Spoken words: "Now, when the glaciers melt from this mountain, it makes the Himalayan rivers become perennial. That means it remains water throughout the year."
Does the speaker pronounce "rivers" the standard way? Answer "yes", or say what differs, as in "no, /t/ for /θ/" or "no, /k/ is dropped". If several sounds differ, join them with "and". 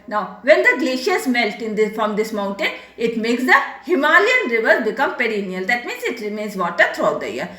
yes